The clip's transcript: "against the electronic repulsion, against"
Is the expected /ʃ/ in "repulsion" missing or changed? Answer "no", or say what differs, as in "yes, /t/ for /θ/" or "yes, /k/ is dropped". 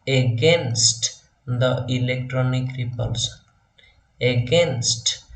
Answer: yes, /s/ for /ʃ/